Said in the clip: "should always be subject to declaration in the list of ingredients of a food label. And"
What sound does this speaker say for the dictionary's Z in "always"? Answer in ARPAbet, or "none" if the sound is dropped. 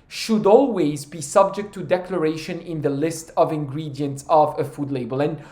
Z